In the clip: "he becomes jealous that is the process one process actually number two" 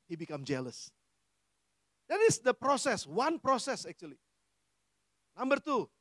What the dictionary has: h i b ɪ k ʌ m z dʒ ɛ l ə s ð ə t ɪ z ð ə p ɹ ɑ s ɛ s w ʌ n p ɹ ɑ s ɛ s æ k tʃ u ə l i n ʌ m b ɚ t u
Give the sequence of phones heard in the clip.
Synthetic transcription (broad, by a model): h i b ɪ k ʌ m dʒ ɛ l ə s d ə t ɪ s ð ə p ɹ ɑ s ɛ s w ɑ n p ɹ ɑ s ɛ s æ k tʃ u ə l i n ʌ m b ɚ t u